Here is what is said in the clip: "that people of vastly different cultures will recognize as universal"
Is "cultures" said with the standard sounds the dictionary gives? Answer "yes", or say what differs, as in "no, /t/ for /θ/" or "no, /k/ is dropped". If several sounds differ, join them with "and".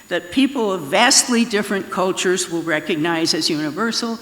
yes